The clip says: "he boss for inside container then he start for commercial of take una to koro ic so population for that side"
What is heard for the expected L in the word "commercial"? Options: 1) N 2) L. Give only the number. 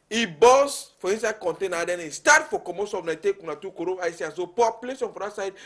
1